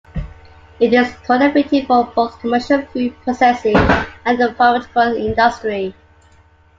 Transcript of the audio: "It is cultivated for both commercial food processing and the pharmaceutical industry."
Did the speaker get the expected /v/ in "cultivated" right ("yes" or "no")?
no